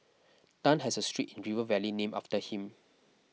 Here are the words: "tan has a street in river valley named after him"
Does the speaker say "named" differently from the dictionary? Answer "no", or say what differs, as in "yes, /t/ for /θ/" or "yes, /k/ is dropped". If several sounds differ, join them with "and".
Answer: yes, /d/ is dropped